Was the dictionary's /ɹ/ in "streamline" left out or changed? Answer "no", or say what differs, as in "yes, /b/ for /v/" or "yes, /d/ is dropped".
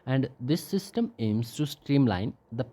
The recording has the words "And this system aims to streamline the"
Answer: no